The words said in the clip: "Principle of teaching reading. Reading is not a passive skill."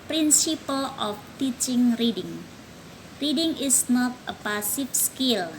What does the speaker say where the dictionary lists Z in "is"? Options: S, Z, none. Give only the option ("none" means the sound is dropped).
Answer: S